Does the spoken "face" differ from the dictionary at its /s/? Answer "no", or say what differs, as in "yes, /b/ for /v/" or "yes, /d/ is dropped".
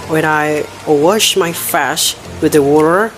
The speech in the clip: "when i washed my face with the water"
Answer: yes, /ʃ/ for /s/